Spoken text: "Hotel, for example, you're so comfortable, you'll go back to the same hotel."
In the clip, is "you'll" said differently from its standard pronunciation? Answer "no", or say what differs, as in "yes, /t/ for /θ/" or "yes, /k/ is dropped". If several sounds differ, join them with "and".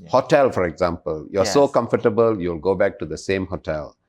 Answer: no